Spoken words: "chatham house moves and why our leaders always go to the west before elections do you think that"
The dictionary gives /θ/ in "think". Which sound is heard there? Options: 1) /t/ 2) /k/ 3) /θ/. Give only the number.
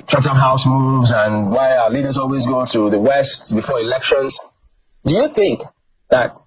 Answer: 3